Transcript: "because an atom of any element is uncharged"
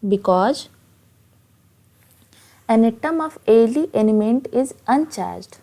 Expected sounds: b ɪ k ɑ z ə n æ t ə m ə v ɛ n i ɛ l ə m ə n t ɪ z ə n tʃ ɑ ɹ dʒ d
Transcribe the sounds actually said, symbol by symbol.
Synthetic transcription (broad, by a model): b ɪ k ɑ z ə n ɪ t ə m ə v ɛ l i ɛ n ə m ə n t ɪ z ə n tʃ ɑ ɹ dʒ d